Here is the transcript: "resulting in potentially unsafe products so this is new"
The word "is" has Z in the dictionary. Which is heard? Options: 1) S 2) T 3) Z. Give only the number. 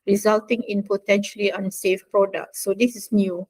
1